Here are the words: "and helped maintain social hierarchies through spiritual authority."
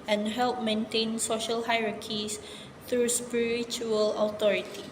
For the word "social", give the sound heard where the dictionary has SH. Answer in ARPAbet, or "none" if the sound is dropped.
SH